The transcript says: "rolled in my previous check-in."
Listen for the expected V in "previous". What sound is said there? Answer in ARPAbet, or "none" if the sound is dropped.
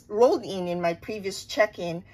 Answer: V